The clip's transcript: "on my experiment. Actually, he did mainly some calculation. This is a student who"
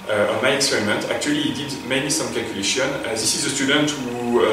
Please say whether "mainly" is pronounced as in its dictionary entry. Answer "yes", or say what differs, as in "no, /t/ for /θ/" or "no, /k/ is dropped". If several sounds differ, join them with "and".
no, /l/ is dropped